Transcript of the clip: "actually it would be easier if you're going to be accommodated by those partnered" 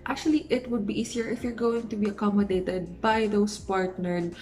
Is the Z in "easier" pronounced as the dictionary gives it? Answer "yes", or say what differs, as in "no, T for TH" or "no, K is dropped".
no, S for Z